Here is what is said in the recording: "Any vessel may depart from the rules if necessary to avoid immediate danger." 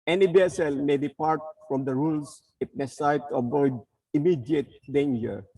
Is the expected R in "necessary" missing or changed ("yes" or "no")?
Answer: yes